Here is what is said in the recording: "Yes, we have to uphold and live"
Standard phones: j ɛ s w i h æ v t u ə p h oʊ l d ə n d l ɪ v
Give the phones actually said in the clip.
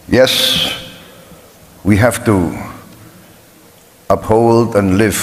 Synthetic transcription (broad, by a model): j ɛ s w i h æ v t u ə p h oʊ l d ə n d l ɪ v